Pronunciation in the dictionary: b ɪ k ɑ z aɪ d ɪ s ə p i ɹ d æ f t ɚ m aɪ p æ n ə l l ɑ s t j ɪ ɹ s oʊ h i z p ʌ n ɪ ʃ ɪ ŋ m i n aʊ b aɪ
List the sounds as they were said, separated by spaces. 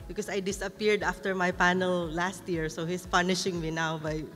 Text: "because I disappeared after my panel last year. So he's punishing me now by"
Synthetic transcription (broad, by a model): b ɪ k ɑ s aɪ d ɪ s ə p i ɹ d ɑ f t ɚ m aɪ p æ n ə l l ɑ s t j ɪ ɹ s oʊ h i s p ʌ n ɪ ʃ ɪ ŋ m i n aʊ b aɪ